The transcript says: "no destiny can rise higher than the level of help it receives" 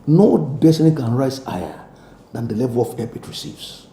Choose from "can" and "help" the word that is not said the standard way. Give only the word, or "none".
help